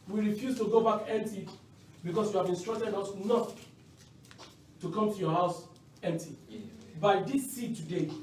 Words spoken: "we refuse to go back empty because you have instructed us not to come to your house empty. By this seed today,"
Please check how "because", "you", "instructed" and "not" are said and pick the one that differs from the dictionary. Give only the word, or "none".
because